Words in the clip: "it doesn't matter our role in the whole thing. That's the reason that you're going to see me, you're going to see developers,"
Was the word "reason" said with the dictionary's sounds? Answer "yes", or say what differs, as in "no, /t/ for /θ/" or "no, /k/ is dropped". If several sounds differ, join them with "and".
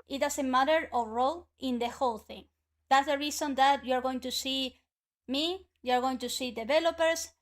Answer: no, /s/ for /z/